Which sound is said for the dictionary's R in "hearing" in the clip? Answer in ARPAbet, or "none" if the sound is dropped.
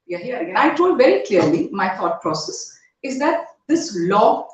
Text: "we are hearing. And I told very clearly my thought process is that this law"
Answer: none